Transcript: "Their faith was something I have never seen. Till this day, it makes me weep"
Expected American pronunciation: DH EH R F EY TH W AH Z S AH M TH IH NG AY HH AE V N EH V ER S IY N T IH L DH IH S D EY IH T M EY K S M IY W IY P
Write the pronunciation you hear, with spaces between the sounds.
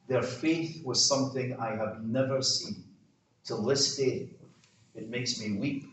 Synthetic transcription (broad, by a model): DH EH R F EY TH W AH Z S AH M TH IH NG AY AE V N EH V ER S IY N T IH L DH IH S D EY IH T M EY K S M IY W IY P